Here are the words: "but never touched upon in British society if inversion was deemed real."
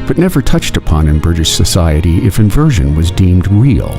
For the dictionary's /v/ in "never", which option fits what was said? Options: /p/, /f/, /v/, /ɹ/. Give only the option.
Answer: /v/